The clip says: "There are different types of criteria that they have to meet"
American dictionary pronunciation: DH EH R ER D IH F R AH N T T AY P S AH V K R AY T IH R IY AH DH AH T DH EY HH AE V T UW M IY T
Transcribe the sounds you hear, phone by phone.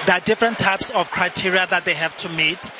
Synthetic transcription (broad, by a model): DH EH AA D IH F R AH N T T AY P S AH F K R AY T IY R IY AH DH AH T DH EY HH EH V T UW M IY T